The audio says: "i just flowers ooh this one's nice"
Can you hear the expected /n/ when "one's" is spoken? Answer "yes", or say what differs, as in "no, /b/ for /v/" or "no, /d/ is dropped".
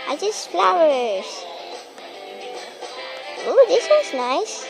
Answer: no, /n/ is dropped